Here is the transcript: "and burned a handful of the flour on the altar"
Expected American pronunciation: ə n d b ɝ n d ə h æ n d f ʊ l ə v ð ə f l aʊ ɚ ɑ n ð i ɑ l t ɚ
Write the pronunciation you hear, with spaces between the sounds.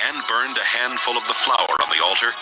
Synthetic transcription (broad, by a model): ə n b ɝ n d ə h æ n d f ʊ l ə v ð ə f l aʊ ɚ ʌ n ð i ɑ l t ɚ